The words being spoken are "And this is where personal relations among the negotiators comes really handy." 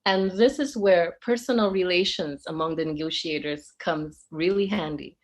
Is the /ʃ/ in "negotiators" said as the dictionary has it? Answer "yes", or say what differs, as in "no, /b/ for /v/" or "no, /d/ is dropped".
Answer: yes